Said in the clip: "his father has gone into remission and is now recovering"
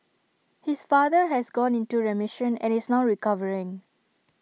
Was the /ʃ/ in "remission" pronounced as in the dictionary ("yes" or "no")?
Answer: yes